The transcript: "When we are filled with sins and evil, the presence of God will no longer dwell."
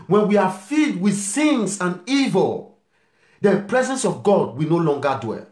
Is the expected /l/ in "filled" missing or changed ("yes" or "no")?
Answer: yes